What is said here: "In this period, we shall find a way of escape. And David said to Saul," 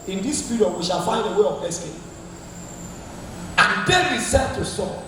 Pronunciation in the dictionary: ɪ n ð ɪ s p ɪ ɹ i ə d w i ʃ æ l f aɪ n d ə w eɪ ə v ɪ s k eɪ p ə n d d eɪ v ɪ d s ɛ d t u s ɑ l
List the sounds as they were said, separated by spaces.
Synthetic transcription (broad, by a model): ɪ n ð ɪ s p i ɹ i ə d w i ʃ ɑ l f aɪ n d ə w eɪ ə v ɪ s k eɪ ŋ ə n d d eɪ ɪ s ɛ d t u s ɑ